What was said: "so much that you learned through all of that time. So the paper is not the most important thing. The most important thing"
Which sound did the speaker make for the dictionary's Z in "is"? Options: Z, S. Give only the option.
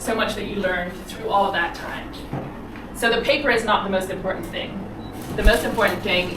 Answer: Z